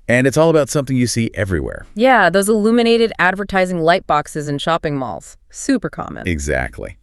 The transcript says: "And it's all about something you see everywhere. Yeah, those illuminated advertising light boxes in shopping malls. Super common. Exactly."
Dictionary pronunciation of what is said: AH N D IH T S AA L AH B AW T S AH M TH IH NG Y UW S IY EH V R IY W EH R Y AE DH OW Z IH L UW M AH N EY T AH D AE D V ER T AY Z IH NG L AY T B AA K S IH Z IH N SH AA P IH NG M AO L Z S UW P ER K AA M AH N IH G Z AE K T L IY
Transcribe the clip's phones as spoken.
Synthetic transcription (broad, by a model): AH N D IH T S AA L AH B AW T S AH M TH IH NG Y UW S IY EH V R IY W EH R Y AE DH OW Z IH L UW M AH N EY T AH D AE D V ER T AY Z IH NG L AY T B AA K S IH Z IH N SH AA P IH NG M AO L Z S UW P ER K AA M AH N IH G Z AE K T L IY